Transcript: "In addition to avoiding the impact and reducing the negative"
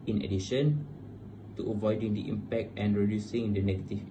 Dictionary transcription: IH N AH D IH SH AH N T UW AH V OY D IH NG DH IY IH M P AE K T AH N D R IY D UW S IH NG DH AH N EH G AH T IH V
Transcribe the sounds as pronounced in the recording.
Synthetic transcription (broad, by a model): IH N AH D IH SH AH N T UW AH V OY D IH NG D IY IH M P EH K T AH N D R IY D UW S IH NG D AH N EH G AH T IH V